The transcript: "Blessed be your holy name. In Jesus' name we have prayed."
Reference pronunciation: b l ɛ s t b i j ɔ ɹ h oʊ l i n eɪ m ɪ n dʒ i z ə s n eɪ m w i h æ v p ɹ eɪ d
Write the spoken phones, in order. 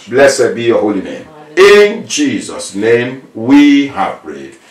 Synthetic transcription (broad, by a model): b l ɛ s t b i j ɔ h oʊ l i n eɪ m ɪ n dʒ i z ə s n eɪ m w i h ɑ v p ɹ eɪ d